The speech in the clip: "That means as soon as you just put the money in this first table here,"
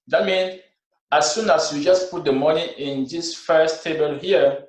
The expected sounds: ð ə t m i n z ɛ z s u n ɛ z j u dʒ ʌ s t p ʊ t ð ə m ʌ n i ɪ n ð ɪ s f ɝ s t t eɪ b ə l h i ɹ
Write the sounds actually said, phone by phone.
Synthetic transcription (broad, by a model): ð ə t m i n ɑ s u n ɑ s j u dʒ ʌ s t p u t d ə m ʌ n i ɪ n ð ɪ s f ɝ s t t eɪ b ə l h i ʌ